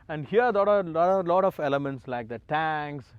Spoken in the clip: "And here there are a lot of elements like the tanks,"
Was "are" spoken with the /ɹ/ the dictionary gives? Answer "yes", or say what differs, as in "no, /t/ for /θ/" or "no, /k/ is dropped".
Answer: no, /l/ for /ɹ/